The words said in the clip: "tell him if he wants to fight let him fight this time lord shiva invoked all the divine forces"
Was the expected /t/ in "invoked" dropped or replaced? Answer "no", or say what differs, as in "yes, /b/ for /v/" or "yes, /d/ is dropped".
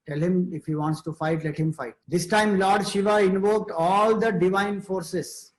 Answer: no